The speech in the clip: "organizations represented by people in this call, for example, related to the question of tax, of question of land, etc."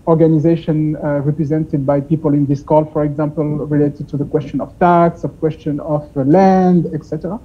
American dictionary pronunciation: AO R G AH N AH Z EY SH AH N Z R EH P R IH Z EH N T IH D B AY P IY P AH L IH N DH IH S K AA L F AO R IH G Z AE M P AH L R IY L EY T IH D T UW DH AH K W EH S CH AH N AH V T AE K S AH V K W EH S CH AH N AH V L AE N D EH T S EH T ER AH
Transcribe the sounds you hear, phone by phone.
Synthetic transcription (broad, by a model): AO R G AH N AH Z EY SH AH N R EH P R IH Z EH N T IH D B AY P IY P AH L IH N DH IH S K AA L F AO R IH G Z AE M P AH L R IY L EY T IH D T UW DH AH K W EH S CH AH N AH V T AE K S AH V K W EH S CH AH N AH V L AE N D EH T S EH T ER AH